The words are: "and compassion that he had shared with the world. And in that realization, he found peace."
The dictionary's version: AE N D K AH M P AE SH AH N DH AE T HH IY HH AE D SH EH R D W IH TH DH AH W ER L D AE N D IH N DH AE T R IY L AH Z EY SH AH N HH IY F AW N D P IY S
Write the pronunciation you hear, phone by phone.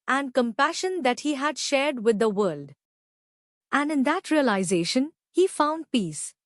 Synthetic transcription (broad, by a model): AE N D K AH M P AE SH AH N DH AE T HH IY HH AE D SH EH R D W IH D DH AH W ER L D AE N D IH N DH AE T R IY L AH Z EY SH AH N HH IY F AW N D P IY S